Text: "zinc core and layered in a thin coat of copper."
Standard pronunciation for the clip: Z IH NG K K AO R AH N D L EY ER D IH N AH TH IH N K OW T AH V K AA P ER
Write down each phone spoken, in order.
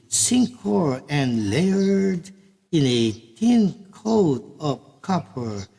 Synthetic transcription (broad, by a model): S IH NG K K AO R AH N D L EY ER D IH N AH T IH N K OW T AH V K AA P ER